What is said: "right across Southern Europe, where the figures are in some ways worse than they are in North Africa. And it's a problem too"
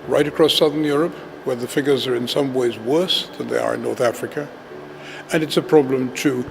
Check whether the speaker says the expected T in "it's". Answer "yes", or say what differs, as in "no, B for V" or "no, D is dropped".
yes